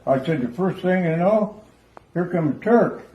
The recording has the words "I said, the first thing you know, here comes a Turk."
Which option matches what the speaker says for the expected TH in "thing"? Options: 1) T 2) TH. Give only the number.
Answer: 2